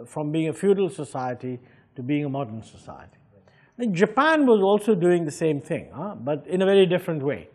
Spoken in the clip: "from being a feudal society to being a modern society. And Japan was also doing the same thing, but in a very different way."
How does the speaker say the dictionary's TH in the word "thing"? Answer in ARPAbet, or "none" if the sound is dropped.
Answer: TH